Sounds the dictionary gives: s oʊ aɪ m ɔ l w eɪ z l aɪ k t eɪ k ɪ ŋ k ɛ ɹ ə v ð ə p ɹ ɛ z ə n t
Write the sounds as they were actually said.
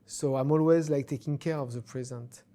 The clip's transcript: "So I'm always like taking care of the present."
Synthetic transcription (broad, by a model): s oʊ aɪ m ɔ l w eɪ z l aɪ k t eɪ k ɪ ŋ k ɛ ɹ ə v ð ə p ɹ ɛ z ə n t